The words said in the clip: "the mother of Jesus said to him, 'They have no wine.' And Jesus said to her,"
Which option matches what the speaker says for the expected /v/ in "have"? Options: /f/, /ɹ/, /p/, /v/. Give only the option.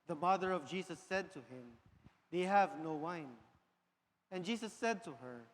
/v/